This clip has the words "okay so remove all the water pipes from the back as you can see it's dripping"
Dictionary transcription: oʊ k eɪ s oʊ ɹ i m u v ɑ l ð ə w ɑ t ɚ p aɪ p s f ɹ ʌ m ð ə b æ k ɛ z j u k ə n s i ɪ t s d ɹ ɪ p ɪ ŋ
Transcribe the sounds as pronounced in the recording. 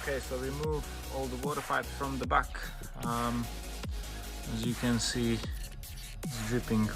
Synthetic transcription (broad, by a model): k eɪ s oʊ w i m u v ɑ l ð ə w ɑ t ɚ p aɪ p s f ɹ ʌ m ð ə b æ k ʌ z j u k ə n s i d ɹ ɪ p ɪ ŋ